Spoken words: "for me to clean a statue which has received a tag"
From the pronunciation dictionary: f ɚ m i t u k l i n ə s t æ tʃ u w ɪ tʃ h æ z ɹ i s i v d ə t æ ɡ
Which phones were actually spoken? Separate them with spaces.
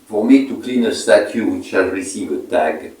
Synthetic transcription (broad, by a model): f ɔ m i t u k l i n ə s t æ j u w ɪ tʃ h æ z ɹ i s i v ə t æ ɡ